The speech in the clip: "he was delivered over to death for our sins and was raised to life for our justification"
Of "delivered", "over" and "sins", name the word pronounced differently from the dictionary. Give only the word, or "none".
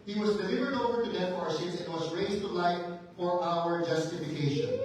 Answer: sins